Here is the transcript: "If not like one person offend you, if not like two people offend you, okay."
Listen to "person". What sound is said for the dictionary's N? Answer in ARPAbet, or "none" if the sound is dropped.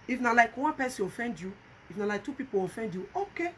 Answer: none